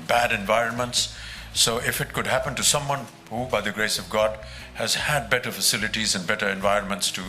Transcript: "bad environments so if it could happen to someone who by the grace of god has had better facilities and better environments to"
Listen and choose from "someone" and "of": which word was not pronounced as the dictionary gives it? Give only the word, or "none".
none